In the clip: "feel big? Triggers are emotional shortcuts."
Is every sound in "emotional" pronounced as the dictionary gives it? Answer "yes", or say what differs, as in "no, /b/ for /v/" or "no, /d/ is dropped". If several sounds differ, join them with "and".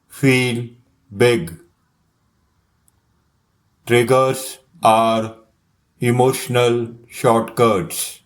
yes